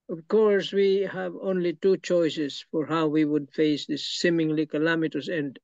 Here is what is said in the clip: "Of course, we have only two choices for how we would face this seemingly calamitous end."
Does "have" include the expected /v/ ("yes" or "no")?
yes